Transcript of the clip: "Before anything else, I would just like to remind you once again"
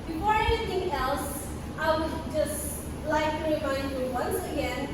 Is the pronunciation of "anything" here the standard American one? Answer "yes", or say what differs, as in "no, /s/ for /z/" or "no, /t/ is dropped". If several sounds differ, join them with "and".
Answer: no, /t/ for /θ/